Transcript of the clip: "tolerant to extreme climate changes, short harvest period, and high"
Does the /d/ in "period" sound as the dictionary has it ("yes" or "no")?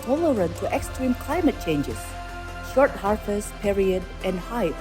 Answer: yes